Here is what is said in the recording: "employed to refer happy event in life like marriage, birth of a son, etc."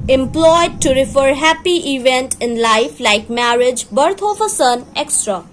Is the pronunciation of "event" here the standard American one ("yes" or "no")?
yes